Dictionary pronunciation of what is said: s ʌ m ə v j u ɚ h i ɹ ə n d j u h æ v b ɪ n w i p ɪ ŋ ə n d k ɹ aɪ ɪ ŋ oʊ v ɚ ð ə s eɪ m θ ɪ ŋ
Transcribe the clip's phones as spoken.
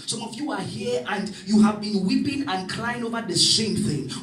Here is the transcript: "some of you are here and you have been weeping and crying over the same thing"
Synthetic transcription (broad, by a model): s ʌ m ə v j u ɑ h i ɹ ə n d j u h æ v b ɪ n w i p ɪ ŋ ə n d k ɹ aɪ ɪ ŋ oʊ v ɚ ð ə s eɪ m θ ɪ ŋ